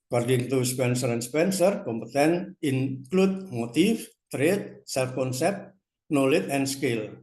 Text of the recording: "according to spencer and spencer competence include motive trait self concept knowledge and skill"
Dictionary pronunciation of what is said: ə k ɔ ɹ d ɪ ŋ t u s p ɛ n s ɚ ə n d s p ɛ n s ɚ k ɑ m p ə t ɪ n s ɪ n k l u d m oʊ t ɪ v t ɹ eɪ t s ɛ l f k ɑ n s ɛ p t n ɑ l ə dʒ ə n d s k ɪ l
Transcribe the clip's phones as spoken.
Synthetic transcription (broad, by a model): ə k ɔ ɹ d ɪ ŋ t u s p ɛ n s ɚ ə n s p ɛ n s ɚ k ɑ m p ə t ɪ n ɪ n k l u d m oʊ t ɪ f t ɹ eɪ t s ɛ l f k ɑ n s ɛ p t n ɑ l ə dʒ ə n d s k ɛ l